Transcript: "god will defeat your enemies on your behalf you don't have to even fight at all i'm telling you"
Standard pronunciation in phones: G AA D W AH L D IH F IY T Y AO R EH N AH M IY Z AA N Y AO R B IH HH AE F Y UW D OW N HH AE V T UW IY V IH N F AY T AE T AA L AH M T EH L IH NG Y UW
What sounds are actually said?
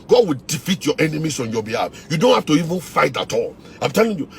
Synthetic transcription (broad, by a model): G AA D W AH L D IH F IY T Y AO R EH N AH M IY S AA N Y AO B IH HH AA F Y UW D OW N HH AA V T UW IY V IH N F AY T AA T AA L AH M T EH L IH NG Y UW